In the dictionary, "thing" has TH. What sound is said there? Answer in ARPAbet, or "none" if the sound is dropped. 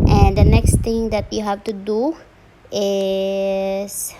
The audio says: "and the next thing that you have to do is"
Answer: T